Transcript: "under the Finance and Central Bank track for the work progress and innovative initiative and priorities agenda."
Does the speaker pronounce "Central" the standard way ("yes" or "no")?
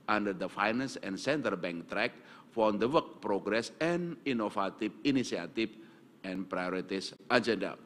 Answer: no